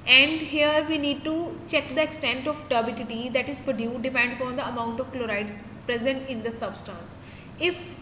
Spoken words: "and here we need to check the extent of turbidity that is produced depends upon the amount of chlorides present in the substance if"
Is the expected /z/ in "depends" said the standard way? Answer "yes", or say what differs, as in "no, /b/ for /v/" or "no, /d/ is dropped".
no, /z/ is dropped